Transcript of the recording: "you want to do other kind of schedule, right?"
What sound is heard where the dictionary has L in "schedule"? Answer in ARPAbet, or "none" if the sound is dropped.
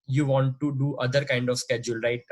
L